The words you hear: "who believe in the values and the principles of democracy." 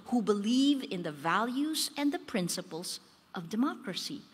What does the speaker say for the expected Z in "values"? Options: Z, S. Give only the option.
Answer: Z